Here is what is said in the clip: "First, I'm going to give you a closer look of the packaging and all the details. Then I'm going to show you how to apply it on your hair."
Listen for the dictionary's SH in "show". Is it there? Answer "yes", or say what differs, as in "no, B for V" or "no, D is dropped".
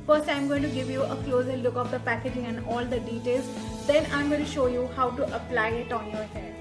yes